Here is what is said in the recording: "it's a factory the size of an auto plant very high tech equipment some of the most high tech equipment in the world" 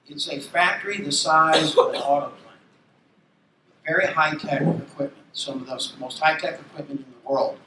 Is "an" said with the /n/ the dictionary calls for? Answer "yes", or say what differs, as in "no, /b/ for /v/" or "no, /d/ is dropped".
no, /l/ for /n/